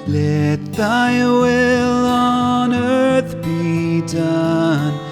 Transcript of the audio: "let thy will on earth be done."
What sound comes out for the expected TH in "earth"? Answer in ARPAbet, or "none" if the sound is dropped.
TH